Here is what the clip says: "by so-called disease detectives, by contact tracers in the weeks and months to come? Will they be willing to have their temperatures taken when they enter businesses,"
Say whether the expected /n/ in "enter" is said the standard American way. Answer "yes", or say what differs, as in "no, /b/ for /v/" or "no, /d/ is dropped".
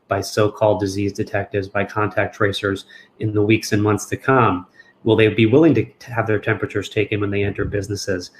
yes